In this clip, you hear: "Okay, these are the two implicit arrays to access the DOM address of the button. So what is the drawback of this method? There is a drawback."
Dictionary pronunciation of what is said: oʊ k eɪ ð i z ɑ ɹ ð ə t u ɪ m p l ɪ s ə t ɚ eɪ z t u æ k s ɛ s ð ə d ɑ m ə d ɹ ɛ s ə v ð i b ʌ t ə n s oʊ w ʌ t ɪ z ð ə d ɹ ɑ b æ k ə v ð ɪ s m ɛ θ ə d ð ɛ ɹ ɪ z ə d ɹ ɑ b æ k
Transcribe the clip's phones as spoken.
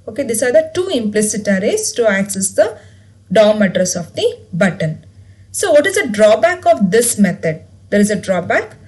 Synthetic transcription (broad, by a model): oʊ k eɪ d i s ɑ ɹ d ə t u ɪ m p l ɪ s ə t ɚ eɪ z t u æ k s ɛ s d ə d ɑ m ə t ɹ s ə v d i b ʌ t ə n s oʊ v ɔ t ɪ z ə d ɹ ɑ b æ k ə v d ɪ s m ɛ t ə d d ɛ ɹ ɪ z ə d ɹ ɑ b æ k